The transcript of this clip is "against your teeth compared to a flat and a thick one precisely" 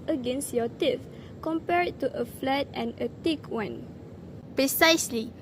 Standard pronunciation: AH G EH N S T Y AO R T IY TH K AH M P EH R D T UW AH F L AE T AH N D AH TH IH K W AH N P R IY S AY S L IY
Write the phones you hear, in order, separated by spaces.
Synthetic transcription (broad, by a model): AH G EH N S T Y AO T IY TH K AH M P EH R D T UW AH F L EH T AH N AH T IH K W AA N P R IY S AY S L IY